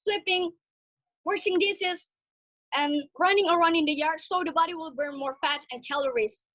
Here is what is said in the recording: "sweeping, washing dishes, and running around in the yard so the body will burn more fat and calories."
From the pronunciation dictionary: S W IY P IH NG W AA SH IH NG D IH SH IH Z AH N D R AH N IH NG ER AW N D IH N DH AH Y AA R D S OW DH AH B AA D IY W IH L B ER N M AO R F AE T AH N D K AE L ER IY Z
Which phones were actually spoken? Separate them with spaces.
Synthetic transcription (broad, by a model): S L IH P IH NG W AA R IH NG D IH S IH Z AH N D R AH N IH NG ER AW N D IH N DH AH Y AA R D S OW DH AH B AA D IY W IH L B ER N M AO R F AE T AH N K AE L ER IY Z